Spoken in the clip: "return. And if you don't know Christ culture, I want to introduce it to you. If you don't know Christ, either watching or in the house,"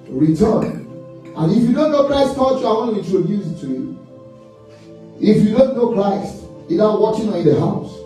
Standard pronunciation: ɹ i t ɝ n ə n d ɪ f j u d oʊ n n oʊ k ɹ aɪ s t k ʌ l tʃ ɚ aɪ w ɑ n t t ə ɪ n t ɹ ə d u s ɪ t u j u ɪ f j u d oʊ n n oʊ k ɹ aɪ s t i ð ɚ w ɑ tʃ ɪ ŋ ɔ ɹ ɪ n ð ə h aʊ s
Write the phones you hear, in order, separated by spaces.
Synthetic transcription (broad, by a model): ɹ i t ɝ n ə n ɪ f j u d oʊ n n oʊ k ɹ aɪ s t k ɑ tʃ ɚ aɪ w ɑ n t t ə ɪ n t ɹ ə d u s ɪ t u j u ɪ f j u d oʊ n n oʊ k ɹ aɪ s t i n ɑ w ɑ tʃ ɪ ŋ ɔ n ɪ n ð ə h aʊ s